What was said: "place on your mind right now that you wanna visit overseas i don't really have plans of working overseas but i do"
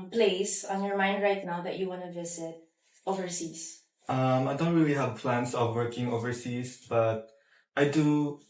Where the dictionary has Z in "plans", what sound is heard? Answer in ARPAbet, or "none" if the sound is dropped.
S